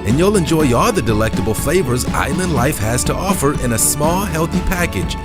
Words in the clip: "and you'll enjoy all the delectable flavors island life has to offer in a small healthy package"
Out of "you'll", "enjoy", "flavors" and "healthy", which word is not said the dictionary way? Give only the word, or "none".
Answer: none